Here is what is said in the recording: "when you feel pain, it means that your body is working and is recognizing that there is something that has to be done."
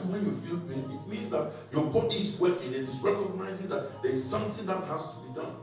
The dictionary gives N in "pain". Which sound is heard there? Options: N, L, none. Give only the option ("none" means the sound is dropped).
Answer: none